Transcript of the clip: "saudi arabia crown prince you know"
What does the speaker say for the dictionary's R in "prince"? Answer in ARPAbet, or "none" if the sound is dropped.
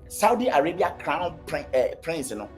R